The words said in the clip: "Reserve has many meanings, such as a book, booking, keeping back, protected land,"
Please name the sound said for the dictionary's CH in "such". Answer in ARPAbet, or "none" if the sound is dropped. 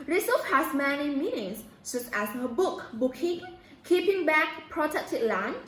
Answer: S